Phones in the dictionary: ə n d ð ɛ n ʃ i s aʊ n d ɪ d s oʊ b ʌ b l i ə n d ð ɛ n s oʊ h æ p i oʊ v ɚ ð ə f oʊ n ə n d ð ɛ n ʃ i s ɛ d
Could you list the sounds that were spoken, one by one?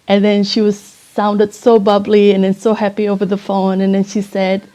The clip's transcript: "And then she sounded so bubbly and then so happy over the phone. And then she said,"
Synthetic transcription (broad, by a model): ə n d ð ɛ n ʃ i s aʊ n d ɪ d s oʊ b ʌ b l i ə n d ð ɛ n s oʊ h æ p i oʊ v ɚ ð ə f oʊ n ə n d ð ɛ n ʃ i s ɛ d